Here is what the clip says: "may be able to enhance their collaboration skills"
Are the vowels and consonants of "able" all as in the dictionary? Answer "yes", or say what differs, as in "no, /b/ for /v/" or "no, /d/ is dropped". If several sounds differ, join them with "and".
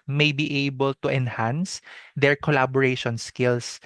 yes